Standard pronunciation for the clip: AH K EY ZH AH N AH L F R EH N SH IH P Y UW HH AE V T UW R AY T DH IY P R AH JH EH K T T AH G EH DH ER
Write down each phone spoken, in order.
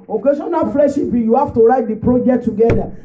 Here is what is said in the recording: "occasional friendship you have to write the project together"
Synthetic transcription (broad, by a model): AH K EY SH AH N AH F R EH SH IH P Y UW HH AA F T UW R AY T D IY P R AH JH EH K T T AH G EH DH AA